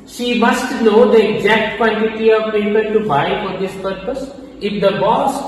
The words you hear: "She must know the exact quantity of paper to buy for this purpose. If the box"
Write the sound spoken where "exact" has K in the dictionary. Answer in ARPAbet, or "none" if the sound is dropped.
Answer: K